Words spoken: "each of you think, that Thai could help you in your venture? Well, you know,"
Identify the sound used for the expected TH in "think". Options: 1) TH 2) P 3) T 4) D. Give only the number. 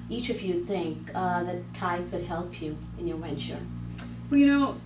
1